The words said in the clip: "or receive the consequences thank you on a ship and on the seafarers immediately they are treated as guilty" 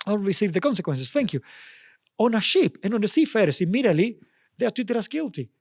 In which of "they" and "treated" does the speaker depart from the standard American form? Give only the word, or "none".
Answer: treated